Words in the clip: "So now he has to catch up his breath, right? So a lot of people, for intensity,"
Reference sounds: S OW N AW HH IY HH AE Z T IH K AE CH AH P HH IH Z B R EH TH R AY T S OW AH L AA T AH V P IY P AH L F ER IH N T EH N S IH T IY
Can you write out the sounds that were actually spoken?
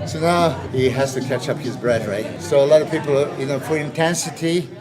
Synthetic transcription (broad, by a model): S OW N AW HH IY HH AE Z T IH K AE CH AH P HH IH Z B R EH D R AY T S OW AH L AA T AH V P IY P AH N F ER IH N T EH N S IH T IY